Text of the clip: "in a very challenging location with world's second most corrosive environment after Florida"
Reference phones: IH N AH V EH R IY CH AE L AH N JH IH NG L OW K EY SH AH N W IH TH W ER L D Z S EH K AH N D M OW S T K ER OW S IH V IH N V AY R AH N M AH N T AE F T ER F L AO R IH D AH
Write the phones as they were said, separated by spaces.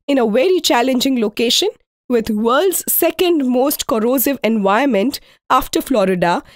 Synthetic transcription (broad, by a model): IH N AH V EH R IY CH AE L AH N JH IH NG L OW K EY SH AH N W IH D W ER L D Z S EH K AH N D M OW S T K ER OW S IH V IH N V AY AH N M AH N T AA F T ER F L AO R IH D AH